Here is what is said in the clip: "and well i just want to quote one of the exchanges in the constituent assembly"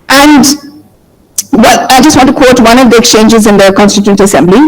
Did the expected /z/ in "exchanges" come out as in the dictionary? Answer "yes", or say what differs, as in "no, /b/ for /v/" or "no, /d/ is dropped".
yes